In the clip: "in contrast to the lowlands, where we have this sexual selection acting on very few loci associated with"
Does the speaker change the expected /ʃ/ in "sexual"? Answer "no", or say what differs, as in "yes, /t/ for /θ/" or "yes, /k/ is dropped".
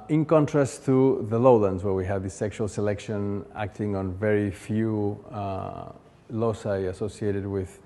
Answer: no